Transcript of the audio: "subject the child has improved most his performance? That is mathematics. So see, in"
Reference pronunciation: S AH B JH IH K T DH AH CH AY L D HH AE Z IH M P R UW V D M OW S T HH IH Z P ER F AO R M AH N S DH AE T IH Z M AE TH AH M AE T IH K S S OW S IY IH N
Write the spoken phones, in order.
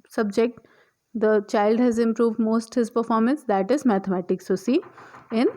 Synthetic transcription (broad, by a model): S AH B JH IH K T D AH CH AY L D HH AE Z IH M P R UW V D M OW S T HH IH Z P ER F AO R M AH N S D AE T IH Z M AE T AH M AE T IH K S S OW S IY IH N